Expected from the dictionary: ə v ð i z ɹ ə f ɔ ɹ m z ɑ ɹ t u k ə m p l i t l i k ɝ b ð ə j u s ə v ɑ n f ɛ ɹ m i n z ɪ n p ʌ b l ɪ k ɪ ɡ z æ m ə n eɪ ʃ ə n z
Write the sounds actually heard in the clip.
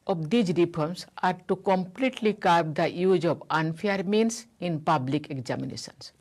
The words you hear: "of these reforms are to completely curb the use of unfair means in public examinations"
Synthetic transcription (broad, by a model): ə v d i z ɹ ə p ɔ ɹ m s ɑ ɹ t u k ə m p l i t l i k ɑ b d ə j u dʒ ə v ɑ n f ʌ ɹ m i n s ɪ n p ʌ b l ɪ k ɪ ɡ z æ m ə n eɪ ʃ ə n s